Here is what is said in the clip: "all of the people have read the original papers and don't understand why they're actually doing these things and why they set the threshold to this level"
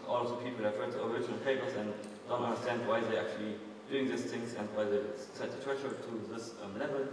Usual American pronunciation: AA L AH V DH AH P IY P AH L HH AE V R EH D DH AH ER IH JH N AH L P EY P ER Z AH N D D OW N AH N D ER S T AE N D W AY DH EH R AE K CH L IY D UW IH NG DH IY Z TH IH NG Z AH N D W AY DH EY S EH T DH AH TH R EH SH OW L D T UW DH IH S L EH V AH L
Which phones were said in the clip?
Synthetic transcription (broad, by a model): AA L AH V DH AH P IY P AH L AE F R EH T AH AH ER IH JH N AH L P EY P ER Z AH N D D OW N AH N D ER S T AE N D W AY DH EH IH AE K CH L IY D UW IH NG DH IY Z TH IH NG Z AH N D W AY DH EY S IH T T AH T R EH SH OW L T UW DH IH S L EH V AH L